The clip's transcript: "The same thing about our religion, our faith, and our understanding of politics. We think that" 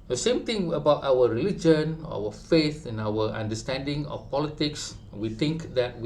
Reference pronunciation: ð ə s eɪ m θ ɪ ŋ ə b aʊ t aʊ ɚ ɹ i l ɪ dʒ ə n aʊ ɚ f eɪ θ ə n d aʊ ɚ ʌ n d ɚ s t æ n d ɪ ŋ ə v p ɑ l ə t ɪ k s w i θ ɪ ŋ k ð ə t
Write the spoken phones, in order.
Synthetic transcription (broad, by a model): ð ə s eɪ m t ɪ ŋ ə b aʊ t aʊ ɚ ɹ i l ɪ dʒ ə n aʊ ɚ f eɪ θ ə n aʊ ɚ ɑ n d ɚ s t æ n d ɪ ŋ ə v p ɑ l ə t ɪ k s w i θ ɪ ŋ k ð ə t